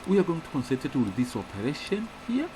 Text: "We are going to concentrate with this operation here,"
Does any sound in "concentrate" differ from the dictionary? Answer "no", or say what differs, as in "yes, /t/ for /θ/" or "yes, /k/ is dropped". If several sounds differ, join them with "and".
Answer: yes, /ɹ/ is dropped